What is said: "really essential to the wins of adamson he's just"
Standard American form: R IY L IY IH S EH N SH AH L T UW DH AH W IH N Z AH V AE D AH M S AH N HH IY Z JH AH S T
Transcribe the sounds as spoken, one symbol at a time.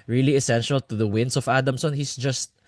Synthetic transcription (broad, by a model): R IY L IY IH S EH N SH AH L T UW DH AH W IH N S AH V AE D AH M S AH N HH IY S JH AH S T